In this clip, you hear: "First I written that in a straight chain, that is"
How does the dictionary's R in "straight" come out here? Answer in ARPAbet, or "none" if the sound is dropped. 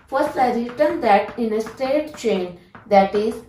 none